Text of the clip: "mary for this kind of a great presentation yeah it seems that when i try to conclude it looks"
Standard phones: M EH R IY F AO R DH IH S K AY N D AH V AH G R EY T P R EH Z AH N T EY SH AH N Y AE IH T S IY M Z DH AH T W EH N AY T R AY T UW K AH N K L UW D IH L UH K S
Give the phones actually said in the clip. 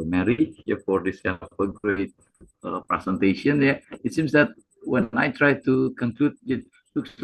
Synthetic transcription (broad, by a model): M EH R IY F AO R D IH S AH P AH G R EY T P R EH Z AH N T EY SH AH N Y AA IH T S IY M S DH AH T W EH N AY T R AY T UW K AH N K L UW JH IH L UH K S